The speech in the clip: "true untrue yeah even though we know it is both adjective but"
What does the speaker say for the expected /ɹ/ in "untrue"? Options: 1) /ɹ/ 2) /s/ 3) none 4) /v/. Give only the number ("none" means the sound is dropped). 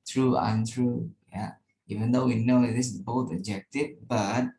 1